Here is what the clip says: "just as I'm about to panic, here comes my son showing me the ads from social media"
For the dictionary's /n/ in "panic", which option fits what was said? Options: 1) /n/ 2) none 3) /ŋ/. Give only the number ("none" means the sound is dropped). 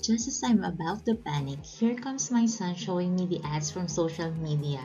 1